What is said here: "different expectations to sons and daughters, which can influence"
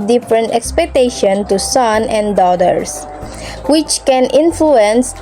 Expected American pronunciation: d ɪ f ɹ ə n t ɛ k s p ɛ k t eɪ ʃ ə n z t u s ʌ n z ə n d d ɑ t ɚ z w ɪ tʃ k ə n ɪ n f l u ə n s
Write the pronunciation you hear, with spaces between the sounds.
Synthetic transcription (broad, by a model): d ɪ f ɹ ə n t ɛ k s p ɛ k t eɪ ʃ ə n t u s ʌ n ə n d d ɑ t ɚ s w ɪ tʃ k ə n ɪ n f l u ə n s